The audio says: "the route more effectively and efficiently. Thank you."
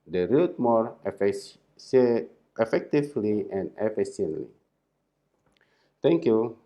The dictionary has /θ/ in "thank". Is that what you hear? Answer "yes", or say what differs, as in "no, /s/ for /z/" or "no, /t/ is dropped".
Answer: no, /t/ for /θ/